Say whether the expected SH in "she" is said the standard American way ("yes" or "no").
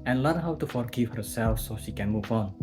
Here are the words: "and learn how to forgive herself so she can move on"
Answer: yes